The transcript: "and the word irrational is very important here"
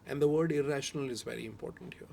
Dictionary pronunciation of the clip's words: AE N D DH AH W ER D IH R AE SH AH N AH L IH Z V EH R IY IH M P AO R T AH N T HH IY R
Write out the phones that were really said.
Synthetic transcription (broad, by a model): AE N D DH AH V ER D IH R AE SH AH N AH L IH Z V EH R IY IH M P AO R T AH N T HH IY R